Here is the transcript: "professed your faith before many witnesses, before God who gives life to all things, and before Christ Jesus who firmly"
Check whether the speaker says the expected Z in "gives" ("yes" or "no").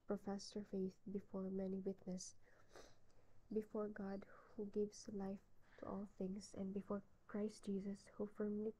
no